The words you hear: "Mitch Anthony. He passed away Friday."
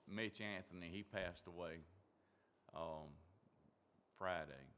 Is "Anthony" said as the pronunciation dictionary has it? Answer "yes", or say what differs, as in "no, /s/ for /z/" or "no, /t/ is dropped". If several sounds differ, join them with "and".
yes